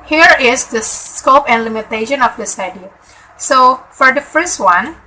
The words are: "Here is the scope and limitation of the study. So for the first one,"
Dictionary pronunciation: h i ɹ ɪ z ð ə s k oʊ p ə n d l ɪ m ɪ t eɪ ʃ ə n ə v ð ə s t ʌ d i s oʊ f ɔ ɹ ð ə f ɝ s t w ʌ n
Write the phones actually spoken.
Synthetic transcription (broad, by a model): h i ɹ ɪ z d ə s k oʊ p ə n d l ɪ m ɪ t eɪ ʃ ə n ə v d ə s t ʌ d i s oʊ f ɔ ɹ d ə f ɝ s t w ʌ n